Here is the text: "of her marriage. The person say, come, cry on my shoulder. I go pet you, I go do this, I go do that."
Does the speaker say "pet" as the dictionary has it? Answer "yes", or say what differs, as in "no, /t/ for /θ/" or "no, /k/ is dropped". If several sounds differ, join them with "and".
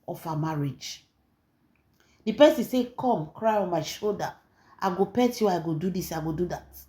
yes